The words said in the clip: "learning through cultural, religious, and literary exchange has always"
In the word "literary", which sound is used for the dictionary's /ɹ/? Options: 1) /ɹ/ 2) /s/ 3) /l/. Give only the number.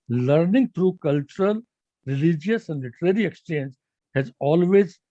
1